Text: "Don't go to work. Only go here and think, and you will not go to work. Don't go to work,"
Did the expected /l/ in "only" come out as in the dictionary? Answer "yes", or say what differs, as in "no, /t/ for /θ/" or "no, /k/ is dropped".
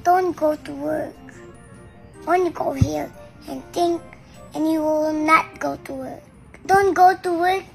no, /l/ is dropped